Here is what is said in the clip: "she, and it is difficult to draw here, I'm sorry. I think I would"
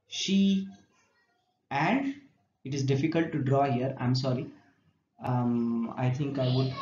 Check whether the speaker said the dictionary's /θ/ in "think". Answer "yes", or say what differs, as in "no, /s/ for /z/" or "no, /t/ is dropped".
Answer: no, /t/ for /θ/